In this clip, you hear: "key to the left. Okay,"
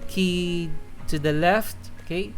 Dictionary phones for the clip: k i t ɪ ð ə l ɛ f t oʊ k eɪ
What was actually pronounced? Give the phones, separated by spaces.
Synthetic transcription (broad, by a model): k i t ɪ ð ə l ɛ f t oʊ k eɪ